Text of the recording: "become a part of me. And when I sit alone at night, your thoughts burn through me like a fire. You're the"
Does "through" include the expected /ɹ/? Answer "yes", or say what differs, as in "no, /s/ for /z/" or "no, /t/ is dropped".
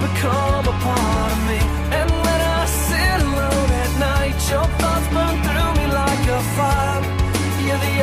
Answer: yes